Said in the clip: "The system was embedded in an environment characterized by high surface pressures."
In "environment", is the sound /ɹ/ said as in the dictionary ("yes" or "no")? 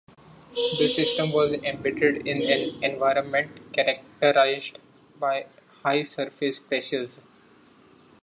yes